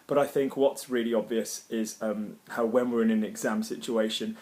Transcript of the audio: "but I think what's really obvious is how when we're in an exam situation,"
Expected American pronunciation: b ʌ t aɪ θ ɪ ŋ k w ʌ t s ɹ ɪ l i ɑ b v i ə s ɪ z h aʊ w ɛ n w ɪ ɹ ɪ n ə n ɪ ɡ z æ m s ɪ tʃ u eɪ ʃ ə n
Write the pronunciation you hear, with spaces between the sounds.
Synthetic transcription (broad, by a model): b ʌ t aɪ θ ɪ ŋ k w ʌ t s ɹ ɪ l i ɑ b v i ə s ɪ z h aʊ w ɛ n w ɪ ɹ ɪ n ə n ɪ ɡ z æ m s ɪ tʃ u eɪ ʃ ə n